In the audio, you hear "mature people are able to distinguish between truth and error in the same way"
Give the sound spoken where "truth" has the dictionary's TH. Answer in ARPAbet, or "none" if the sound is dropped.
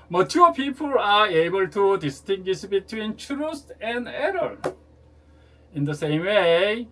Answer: T